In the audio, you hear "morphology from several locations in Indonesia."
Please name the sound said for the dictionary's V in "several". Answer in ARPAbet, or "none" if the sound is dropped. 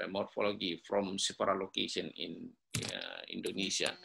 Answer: F